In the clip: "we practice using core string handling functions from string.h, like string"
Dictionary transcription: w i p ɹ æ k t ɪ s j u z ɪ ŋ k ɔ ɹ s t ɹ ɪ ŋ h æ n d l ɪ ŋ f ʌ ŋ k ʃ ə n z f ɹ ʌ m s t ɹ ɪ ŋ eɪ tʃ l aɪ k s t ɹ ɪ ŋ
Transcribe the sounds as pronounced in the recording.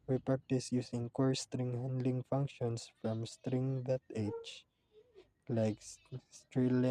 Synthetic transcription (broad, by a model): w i p ɹ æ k t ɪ s j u s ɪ ŋ k ɔ ɹ s t ɹ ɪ ŋ h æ n d l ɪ ŋ f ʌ ŋ k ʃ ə n s f ɹ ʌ m s t ɹ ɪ ŋ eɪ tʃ l aɪ k s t ɹ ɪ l